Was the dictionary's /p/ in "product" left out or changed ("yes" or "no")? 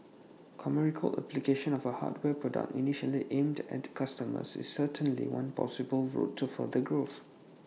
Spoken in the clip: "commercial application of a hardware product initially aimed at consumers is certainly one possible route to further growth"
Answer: no